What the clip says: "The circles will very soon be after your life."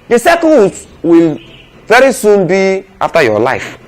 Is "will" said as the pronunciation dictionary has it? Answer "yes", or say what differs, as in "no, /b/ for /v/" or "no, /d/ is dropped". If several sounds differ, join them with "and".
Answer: yes